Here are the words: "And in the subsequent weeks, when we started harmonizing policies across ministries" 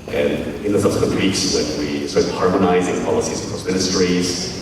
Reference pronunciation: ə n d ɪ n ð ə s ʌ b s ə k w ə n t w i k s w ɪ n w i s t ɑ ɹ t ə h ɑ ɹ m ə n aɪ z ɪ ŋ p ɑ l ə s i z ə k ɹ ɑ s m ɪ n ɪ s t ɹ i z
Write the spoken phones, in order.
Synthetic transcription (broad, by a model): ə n ɪ n ð ə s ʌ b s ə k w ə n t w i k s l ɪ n w i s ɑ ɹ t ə h ɑ ɹ m ə n aɪ z ɪ ŋ p ɑ l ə s i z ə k ɑ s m ɪ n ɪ s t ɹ i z